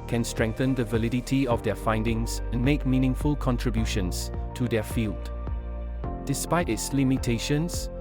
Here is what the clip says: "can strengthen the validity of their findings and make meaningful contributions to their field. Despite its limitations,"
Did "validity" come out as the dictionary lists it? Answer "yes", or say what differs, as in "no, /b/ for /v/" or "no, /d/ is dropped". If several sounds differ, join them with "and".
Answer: yes